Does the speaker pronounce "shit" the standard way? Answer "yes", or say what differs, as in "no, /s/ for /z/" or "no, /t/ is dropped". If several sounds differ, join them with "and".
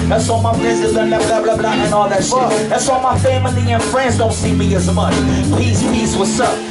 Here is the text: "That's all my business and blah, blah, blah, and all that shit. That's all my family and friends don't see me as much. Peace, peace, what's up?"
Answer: no, /s/ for /ʃ/